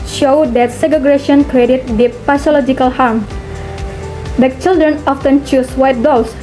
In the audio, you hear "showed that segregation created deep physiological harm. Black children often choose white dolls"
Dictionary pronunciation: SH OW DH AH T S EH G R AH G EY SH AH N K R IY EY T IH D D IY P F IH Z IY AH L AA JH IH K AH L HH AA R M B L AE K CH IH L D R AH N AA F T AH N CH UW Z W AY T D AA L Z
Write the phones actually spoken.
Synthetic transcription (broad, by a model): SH OW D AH T S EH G AH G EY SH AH N K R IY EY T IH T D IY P P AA S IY L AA JH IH K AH L HH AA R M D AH CH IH L D R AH N AA F T AH N CH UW S W AY T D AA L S